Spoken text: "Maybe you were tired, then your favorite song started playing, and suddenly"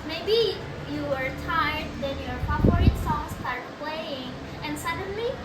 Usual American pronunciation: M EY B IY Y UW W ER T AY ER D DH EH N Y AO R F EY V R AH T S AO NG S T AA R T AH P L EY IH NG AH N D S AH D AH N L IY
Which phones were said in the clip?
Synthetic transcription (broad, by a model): M EY B IY Y UW W ER T AY ER D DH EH N Y AO R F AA P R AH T S AO NG S T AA R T P L EY IH NG AH N D S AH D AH N L IY